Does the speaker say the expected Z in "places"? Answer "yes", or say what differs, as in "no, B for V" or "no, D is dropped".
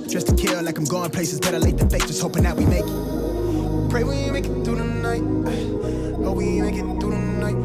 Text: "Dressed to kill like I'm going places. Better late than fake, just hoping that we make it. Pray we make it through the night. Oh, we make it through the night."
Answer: yes